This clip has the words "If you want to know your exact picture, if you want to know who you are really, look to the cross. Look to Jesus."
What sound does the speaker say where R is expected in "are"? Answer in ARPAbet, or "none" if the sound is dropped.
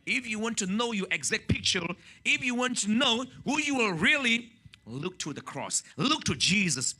L